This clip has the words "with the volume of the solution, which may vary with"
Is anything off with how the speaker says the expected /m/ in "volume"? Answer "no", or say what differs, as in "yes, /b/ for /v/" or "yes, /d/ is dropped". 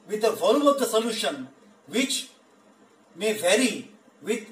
yes, /m/ is dropped